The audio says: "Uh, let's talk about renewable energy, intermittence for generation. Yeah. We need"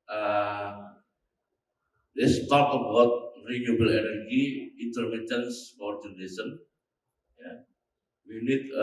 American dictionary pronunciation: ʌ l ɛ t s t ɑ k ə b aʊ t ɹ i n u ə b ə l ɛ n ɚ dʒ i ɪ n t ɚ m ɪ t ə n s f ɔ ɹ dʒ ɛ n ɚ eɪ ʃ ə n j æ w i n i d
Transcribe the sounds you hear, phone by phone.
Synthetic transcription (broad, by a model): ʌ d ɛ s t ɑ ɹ ə b aʊ t ɹ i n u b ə l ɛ n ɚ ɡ i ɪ n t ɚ m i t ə n s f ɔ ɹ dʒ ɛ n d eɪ s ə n j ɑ w i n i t